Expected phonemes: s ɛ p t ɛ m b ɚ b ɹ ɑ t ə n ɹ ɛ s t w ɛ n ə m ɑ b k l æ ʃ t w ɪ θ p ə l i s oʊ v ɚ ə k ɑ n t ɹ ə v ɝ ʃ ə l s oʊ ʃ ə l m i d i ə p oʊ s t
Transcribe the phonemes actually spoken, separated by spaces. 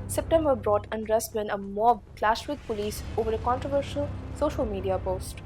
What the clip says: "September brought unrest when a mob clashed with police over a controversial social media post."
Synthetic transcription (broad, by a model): s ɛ p t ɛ m b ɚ b ɹ ɑ t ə n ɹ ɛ s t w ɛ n ə m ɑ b k l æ ʃ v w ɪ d p ə l i s oʊ v ɚ ə k ɑ n t ɹ ə v ɝ ʃ ə l s oʊ ʃ ə l m i d i ə p oʊ s t